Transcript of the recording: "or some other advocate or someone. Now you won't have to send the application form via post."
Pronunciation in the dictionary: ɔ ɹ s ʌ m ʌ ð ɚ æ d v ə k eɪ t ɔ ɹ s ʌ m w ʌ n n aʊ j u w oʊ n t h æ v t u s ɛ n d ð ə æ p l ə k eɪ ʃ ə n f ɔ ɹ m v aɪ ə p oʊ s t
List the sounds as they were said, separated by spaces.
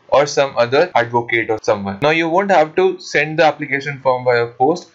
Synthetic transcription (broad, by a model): ɔ ɹ s ʌ m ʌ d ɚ æ d v ə k eɪ t ɔ ɹ s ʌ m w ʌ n n aʊ j u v oʊ n t h æ v t u s ɛ n d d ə æ p l ə k eɪ ʃ ə n f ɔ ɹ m b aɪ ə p oʊ s t